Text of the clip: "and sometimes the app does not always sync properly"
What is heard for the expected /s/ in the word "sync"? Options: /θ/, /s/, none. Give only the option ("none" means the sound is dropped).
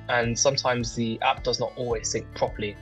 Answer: /θ/